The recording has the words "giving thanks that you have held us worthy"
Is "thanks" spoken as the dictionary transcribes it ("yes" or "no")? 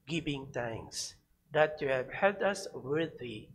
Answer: no